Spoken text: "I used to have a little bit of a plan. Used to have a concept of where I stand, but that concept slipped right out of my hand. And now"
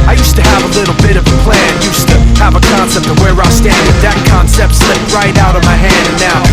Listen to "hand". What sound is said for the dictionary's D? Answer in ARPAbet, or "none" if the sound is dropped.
D